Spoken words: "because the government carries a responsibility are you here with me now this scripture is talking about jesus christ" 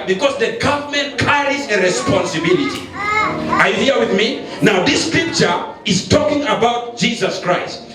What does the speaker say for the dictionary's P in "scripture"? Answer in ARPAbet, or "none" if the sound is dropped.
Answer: P